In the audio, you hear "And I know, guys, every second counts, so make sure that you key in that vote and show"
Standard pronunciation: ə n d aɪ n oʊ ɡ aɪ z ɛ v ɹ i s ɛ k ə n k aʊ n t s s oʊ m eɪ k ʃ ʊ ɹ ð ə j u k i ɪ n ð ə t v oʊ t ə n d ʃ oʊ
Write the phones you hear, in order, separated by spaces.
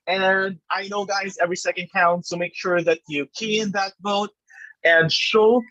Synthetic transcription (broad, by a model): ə n aɪ n oʊ ɡ aɪ z ɛ v ɹ i s ɛ k ə n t aʊ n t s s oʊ m eɪ k ʃ ʊ ɹ ð ə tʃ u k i ɪ n ð ə t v oʊ t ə n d ʃ oʊ